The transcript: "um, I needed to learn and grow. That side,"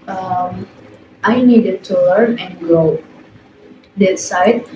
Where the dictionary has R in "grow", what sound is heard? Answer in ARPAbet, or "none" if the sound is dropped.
none